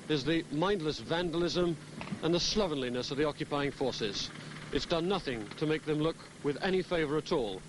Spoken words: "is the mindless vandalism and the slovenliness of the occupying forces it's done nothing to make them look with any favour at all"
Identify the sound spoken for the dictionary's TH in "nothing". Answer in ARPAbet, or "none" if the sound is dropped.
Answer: TH